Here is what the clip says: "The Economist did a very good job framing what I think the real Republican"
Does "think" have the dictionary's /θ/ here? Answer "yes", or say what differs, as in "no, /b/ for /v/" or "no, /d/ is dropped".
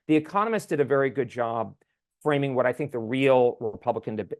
yes